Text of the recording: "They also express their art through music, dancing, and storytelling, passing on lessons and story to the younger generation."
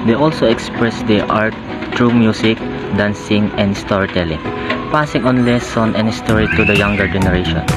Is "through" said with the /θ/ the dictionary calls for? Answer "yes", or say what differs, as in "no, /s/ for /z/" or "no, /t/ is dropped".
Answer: no, /t/ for /θ/